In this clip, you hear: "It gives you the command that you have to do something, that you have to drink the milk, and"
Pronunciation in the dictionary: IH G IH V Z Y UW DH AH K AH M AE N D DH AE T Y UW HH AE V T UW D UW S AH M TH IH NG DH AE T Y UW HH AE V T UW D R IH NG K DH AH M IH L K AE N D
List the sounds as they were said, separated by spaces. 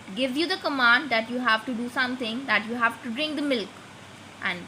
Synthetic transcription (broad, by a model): G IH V Y UW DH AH K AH M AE N D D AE T Y UW HH AE V T UW D UW S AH M T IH NG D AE T Y UW HH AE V T UW D R IH NG K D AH M IH L K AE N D